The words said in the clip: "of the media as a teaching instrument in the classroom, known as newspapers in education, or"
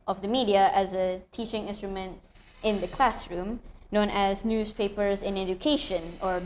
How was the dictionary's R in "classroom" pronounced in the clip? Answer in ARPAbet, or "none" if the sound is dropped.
R